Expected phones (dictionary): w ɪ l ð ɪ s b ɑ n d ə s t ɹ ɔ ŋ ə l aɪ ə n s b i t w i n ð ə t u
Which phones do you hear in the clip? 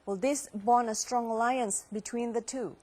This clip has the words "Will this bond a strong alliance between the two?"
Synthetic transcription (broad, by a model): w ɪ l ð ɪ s b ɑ n ə s t ɹ ɔ ŋ ə l aɪ ə n s b i t w i n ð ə t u